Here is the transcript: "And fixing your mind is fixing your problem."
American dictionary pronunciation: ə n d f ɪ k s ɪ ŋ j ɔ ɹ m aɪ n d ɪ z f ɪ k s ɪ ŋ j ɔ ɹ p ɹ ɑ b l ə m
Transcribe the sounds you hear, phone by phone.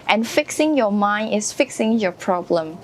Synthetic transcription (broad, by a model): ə n f ɪ k s ɪ ŋ j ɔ m aɪ n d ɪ s f ɪ k s ɪ ŋ j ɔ p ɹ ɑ b l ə m